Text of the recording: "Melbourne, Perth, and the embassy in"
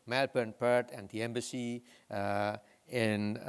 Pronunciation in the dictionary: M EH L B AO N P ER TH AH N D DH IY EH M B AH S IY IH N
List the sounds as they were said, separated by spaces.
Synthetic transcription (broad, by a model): M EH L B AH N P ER T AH N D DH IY EH M B AH S IY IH N